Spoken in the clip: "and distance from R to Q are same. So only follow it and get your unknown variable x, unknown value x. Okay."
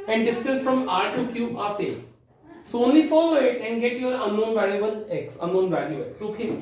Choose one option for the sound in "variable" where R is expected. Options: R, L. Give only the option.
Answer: L